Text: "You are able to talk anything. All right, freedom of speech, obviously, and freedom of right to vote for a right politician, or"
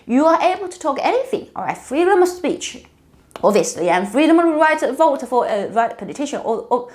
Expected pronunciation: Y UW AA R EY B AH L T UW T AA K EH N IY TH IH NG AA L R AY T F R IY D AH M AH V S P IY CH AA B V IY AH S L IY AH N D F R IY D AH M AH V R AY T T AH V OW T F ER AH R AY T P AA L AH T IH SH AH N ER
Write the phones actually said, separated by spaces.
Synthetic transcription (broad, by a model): Y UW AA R EY B AH L T UW T AA K EH N IY TH IH NG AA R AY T F R IY D AH M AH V S P IY CH AA B V IY AH S L IY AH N F R IY D AH M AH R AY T T AH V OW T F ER AH R AY T P AA L AH T IH SH AH N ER